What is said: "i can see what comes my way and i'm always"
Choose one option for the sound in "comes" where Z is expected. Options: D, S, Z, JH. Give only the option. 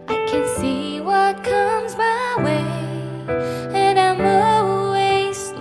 Z